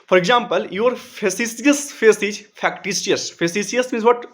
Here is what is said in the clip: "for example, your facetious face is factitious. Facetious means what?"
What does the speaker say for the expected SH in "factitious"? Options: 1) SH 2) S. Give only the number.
2